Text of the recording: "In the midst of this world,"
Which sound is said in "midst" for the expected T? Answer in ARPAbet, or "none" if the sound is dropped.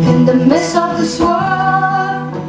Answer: none